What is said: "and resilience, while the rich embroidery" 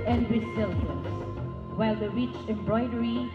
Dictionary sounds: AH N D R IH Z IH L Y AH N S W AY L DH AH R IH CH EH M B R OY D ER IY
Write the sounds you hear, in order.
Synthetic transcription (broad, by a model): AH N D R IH S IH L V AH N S W AY L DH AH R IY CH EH M B R OY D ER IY